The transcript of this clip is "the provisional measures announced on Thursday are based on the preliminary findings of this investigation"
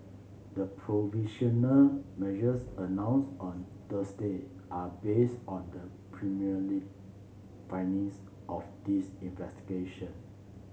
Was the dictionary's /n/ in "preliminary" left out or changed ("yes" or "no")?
yes